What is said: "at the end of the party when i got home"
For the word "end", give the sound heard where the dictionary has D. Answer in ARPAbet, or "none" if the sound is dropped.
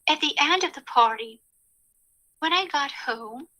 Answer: D